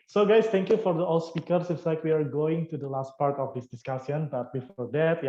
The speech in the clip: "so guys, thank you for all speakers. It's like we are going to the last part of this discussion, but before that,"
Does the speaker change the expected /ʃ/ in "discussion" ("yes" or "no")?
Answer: yes